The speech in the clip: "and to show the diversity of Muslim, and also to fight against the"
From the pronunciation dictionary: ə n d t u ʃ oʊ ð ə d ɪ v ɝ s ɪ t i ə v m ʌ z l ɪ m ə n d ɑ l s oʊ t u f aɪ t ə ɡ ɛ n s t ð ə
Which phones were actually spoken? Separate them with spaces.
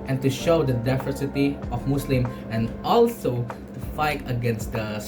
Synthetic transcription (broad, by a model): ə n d t u ʃ oʊ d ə d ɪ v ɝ s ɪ t i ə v m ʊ s l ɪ m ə n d ɑ l s oʊ t u f aɪ t ə ɡ ɛ n s t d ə